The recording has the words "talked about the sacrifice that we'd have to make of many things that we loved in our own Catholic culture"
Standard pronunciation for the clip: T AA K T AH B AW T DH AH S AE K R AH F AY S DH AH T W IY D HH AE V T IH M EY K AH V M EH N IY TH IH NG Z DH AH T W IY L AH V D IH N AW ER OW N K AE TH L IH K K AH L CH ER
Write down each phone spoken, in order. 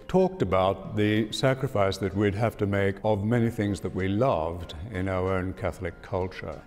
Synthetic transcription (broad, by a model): T AA K T AH B AW T DH AH S AE K R AH F AY S DH AH T W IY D HH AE F T IH M EY K AH V M EH N IY TH IH NG Z DH AH T W IY L AH V D IH N AW ER OW N K AE TH L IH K K AH L CH ER